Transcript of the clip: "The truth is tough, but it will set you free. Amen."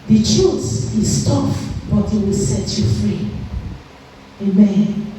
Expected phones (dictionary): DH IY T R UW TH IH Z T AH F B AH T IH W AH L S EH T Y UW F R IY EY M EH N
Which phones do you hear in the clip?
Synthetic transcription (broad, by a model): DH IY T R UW S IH S T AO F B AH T IH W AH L S EH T Y UW F R IY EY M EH N